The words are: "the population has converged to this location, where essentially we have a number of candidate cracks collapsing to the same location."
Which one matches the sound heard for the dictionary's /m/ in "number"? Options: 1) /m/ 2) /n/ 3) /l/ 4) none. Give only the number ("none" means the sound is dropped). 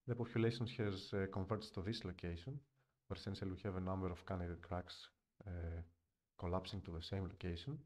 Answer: 1